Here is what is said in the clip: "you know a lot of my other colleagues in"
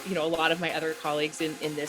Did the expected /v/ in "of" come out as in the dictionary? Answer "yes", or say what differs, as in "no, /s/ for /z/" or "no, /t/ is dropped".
yes